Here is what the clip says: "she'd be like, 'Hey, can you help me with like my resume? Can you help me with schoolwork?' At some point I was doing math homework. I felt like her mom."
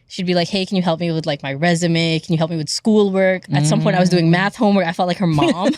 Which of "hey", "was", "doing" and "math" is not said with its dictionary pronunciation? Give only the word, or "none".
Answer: none